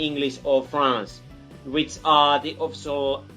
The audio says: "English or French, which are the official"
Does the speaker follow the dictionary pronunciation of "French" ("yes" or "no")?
no